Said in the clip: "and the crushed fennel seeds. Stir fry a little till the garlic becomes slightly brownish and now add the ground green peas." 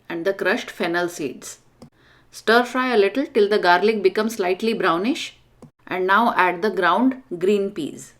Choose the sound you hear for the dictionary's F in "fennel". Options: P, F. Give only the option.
F